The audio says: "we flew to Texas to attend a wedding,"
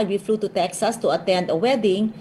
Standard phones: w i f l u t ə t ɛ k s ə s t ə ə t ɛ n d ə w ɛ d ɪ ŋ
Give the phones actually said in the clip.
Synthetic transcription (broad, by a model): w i f l u t ə t ɛ k s ə s t ə ə t ɛ n d ə w ɛ d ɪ ŋ